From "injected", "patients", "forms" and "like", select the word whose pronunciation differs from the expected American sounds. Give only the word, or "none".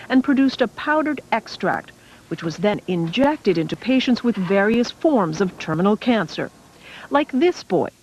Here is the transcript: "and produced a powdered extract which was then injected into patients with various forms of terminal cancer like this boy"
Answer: none